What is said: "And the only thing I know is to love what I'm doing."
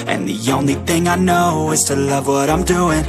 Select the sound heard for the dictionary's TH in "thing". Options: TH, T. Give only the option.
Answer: TH